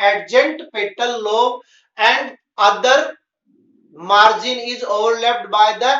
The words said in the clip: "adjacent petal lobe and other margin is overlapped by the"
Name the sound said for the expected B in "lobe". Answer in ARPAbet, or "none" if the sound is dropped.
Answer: none